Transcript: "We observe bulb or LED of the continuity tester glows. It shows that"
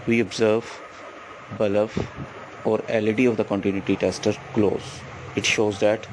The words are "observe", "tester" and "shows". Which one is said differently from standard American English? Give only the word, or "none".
none